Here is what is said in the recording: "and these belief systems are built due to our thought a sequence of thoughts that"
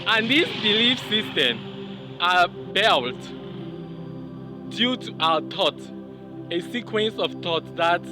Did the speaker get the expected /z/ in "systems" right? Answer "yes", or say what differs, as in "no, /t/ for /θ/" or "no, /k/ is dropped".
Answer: no, /z/ is dropped